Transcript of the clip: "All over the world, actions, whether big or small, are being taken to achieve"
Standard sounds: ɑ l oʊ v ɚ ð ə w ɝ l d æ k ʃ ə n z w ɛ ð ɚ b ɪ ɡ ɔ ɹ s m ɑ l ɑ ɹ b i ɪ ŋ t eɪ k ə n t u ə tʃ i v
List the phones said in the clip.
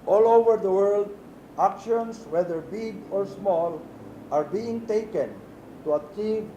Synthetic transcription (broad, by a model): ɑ l oʊ v ɚ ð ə w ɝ l d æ k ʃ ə n s w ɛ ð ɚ b ɪ ɡ ɔ ɹ s m ɑ l ɑ ɹ b i ɪ ŋ t eɪ k ə n t u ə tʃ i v